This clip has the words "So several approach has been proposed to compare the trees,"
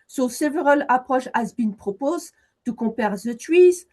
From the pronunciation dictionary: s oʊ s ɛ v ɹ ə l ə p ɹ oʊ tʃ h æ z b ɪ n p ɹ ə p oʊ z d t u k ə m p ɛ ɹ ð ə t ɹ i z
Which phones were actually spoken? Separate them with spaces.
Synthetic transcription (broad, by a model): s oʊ s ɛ v ɹ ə l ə p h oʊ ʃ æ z b ɪ n p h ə p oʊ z t u k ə p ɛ ɹ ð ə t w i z